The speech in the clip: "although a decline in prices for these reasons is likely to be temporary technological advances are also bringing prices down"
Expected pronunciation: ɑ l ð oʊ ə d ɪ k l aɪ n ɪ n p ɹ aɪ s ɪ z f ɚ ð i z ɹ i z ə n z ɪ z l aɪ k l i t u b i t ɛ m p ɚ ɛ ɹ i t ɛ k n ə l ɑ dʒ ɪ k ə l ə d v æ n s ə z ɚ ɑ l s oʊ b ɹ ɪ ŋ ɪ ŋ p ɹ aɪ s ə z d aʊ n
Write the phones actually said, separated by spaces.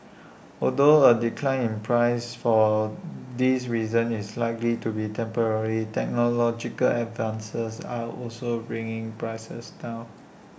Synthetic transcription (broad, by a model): ɑ l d oʊ ə d ɪ k l aɪ n ɪ n p ɹ aɪ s f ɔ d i s ɹ i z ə n ɪ s l aɪ k l i t u b i t ɛ m p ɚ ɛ ɹ i t ɛ k n ə l ɑ dʒ ɪ k ə l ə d v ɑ n s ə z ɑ ɑ l s oʊ b ɹ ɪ ŋ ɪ ŋ p ɹ aɪ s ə s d aʊ